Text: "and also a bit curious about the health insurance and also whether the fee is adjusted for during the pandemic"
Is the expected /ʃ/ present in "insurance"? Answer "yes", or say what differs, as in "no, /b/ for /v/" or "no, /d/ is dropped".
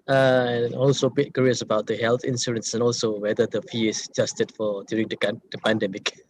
no, /s/ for /ʃ/